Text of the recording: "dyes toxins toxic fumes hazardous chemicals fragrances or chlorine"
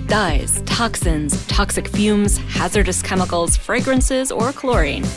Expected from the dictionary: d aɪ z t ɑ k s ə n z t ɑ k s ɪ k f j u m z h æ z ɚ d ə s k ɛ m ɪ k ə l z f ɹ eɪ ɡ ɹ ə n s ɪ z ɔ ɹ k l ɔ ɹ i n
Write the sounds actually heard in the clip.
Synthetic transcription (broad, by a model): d aɪ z t ɑ k s ə n z t ɑ k s ɪ k f j u m z h æ z ɚ d ə s k ɛ m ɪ k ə l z f ɹ eɪ ɡ ɹ ə n s ɪ z ɔ ɹ k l ɔ ɹ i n